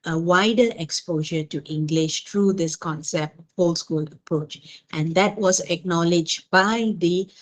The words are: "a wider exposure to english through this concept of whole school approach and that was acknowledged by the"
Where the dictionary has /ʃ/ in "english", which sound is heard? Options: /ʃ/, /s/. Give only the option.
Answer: /ʃ/